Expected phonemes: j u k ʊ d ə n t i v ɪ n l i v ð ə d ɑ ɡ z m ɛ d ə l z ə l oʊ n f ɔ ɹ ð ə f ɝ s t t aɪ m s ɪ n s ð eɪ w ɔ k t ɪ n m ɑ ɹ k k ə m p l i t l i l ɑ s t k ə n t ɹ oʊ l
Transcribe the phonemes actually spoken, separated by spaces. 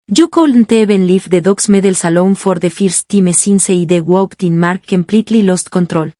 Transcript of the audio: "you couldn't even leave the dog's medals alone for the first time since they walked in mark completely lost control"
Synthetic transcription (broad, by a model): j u k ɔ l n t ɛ b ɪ n l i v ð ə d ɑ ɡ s m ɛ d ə l s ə l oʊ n f ɔ ɹ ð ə f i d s t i m s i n s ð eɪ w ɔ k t ɪ n m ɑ ɹ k k ə m p l i t l i l ɑ s t k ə n t ɹ oʊ l